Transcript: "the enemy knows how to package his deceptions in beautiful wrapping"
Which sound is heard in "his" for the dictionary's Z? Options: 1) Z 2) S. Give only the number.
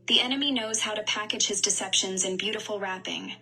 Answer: 1